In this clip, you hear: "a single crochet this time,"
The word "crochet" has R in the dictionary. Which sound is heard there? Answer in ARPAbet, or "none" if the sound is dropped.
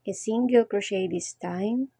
R